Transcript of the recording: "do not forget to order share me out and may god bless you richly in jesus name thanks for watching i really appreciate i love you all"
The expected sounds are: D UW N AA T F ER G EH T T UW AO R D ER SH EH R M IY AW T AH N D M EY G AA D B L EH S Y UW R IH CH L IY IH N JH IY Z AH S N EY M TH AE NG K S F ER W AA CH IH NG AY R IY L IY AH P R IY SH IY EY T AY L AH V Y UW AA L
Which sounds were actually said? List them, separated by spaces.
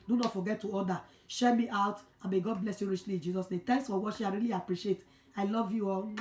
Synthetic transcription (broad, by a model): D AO N AA T F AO G EH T T UW AO D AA SH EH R M IY AW T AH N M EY G AA D B L EH S Y UW R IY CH L IY IH N JH IY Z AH S N EY M T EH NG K S F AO W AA SH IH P AY R IY L IY AH P R IY SH IY EY T AY L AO V Y UW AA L